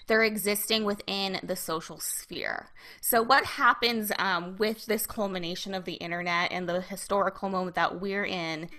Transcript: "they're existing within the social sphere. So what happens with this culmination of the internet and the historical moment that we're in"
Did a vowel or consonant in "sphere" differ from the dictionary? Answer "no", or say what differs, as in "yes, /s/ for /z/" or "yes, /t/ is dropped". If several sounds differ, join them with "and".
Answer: no